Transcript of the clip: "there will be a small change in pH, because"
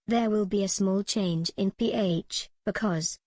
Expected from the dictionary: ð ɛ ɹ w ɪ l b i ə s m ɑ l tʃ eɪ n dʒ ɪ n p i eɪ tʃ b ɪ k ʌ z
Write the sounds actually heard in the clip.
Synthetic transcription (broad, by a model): ð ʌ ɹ w ɪ l b i ə s m ɑ l tʃ eɪ n dʒ ɪ n p i eɪ tʃ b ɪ k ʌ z